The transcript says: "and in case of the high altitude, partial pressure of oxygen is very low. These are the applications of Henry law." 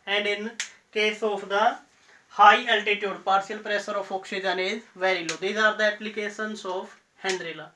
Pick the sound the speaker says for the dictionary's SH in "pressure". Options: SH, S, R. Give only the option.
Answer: S